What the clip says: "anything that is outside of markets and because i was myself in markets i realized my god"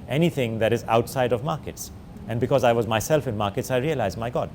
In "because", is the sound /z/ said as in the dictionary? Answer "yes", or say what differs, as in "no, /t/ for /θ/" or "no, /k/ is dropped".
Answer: yes